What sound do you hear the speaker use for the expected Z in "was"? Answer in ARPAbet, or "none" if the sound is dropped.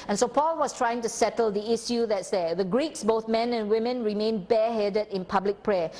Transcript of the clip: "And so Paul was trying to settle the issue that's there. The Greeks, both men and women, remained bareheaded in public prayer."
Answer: S